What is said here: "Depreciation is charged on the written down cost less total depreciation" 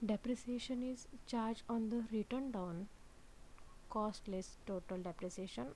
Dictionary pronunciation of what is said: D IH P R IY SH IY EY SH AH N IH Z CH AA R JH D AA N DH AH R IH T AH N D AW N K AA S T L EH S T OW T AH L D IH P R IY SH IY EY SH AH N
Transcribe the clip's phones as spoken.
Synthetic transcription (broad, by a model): D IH P R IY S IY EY SH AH N IH Z CH AA R JH AA N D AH R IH T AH N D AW N K AA S T L EH S T OW T AH L D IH P R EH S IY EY SH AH N